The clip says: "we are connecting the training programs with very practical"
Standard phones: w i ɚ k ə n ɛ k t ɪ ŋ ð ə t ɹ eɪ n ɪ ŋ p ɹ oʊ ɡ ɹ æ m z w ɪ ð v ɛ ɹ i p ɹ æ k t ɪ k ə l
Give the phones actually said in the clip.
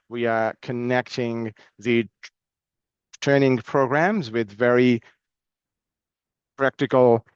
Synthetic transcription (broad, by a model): w i ɚ k ə n ɛ k t ɪ ŋ ð ə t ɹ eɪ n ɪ ŋ p ɹ oʊ ɡ ɹ æ m z w ɪ ð v ɛ ɹ i p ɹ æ k t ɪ k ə l